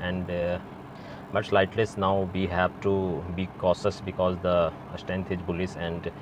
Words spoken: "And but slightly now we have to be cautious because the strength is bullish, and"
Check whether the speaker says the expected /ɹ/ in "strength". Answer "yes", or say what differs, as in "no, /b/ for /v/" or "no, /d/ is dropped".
no, /ɹ/ is dropped